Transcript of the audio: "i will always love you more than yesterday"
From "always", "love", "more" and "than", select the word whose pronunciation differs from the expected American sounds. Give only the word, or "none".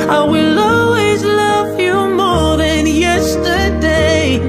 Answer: none